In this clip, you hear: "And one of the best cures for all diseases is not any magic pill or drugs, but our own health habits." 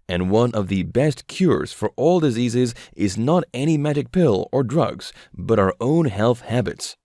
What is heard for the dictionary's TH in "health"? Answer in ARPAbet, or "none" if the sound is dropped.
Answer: TH